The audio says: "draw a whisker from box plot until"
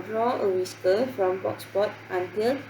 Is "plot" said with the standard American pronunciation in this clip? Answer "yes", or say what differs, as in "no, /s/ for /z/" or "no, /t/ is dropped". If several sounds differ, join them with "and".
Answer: no, /l/ is dropped